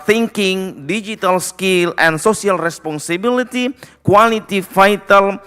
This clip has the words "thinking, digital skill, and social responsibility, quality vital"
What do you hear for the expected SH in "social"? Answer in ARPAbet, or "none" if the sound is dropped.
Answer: S